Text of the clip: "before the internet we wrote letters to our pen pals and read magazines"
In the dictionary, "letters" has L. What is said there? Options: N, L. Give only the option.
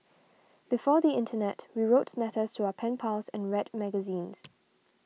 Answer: N